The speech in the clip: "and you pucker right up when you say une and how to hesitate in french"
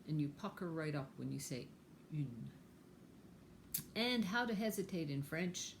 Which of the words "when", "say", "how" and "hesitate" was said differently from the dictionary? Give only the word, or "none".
none